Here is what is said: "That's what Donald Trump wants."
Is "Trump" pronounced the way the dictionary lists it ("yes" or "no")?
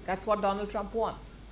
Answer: yes